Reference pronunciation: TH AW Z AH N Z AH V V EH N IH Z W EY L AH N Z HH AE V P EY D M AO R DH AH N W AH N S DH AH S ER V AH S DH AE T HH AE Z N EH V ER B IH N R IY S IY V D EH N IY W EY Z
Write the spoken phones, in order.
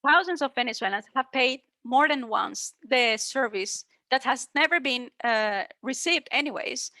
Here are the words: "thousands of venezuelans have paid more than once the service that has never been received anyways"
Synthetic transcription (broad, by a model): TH AW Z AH N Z AH V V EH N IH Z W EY L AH N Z HH AE V P EY D M AO R DH AH N W AH N S DH AH S ER V AH S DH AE T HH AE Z N EH V ER B IH N R IY S IY V D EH N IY W EY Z